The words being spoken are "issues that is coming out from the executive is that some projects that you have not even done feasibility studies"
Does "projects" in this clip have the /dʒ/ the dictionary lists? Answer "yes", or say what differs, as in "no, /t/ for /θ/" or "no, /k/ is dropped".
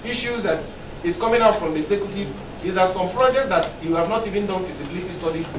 yes